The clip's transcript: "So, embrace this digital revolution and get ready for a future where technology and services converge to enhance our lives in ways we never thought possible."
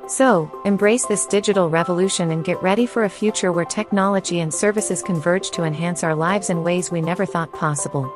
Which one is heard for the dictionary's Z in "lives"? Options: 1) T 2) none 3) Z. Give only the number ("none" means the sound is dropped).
3